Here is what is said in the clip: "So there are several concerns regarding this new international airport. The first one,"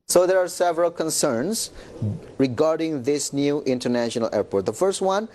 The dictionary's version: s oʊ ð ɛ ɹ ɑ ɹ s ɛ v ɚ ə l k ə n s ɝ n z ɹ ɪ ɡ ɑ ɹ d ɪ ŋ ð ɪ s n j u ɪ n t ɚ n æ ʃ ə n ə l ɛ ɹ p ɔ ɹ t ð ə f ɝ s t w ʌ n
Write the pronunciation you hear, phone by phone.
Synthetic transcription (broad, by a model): s oʊ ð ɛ ɹ ɑ ɹ s ɛ v ɚ ə l k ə n s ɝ n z ɹ ɪ ɡ ɑ ɹ d ɪ ŋ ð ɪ s n j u ɪ n t ɚ n æ ʃ ə n ə l ɛ ɹ p ɔ ɹ t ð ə f ɝ s t w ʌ n